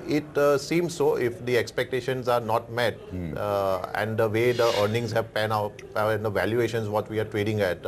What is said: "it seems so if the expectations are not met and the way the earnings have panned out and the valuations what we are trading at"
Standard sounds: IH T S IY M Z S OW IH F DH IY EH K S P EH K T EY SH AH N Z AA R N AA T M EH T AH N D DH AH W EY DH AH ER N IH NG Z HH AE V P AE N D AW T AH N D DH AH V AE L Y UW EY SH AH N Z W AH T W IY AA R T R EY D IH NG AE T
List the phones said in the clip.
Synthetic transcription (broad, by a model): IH T S IY M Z S OW IH F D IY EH K S P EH K T EY SH AH N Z AA R N AA T M EH T AH N D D AH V EY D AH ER N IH NG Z HH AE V P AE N AW T AH N D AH V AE L Y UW EY SH AH N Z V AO T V IY AA R T R EY D IH NG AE T